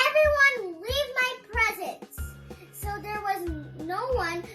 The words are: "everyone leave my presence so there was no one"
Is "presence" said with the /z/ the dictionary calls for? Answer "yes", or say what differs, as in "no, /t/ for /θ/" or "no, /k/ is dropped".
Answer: yes